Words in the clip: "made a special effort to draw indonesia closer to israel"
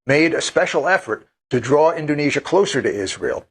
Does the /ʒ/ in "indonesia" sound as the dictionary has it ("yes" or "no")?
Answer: yes